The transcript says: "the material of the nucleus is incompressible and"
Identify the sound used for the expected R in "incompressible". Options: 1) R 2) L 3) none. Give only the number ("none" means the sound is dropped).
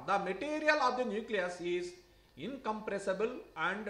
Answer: 1